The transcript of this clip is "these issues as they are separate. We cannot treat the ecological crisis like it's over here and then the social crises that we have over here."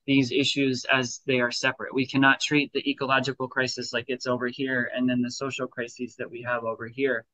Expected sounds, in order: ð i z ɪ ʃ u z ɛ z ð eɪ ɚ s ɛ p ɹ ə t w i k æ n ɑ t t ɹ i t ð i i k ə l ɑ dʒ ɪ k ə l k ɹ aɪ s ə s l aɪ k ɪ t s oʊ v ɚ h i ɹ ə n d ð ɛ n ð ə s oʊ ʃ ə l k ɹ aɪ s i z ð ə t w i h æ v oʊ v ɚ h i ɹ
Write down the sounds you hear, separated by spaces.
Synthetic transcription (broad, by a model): ð i z ɪ ʃ u z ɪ z ð eɪ ɚ s ɛ p ɹ ə t w i k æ n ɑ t t ɹ i t ð i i k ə l ɑ dʒ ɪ k l k ɹ aɪ s ə s l aɪ k ɪ t s oʊ v ɚ h i ɹ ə n ð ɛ n ð ə s oʊ ʃ l k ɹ aɪ s i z ð ə t w i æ v oʊ v ɚ h i ɹ